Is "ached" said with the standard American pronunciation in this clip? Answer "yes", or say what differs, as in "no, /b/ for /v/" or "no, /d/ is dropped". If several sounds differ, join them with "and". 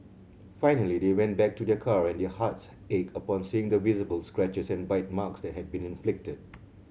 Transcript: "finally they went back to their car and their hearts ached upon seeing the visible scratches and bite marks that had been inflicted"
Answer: no, /t/ is dropped